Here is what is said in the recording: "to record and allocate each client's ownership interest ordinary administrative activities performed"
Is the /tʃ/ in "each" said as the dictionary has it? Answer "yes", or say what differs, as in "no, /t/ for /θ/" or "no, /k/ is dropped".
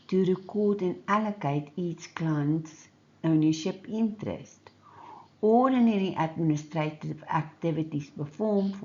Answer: no, /s/ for /tʃ/